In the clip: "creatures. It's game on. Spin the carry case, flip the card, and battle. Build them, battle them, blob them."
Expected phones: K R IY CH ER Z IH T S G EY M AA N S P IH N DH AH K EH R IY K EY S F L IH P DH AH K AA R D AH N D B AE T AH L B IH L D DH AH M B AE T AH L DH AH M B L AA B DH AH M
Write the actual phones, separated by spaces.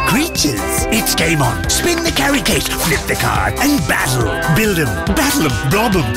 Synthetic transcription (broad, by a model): K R IY CH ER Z IH T S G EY M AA N S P IH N DH AH K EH R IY K EY S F L IH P DH AH K AA R AH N B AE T L B IH L D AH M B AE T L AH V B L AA B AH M